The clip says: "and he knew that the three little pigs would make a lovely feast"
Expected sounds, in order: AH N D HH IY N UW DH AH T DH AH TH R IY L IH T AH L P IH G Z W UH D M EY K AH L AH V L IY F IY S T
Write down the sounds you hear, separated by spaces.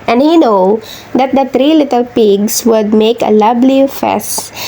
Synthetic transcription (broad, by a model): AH N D HH IY N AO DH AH T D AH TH R IY L IH T AH L P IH G S W UH D M EY K AH L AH B L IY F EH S